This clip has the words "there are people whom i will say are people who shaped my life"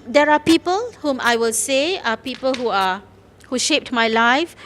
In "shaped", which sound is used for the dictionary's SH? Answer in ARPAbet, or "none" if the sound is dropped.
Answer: SH